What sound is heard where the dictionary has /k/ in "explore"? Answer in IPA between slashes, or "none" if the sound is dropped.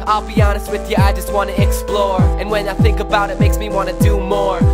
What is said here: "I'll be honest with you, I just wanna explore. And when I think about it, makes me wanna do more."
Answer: /k/